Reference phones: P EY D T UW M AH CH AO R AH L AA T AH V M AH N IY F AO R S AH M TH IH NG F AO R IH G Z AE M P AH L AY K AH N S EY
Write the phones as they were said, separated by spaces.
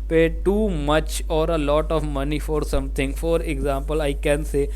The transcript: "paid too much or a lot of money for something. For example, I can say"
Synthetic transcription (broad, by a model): P EY T UW M AH CH AO R AH L AA T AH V M AH N IY F AO R S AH M T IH NG F AO R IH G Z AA M P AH L AY K AH N S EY